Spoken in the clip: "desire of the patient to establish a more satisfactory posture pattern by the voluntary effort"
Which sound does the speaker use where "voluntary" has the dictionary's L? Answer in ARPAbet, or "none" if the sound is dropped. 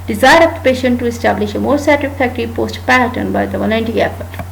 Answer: N